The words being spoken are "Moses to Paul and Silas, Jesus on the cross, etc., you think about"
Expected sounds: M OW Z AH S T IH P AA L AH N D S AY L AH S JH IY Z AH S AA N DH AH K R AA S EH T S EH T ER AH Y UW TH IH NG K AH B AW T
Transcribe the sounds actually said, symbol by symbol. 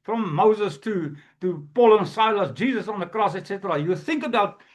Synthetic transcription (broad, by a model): M OW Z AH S T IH P AA L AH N S AY L AH S JH IY Z AH S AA N DH AH K R AA S EH T S EH T ER AH Y UW TH IH NG K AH B AW T